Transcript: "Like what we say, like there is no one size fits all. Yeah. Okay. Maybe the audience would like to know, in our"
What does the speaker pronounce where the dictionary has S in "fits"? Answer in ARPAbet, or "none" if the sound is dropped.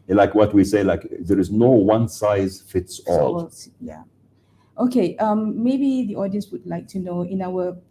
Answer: S